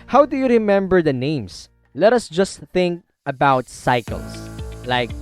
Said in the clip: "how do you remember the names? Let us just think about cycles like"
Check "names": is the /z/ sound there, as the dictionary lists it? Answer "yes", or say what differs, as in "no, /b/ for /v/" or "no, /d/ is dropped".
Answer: no, /s/ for /z/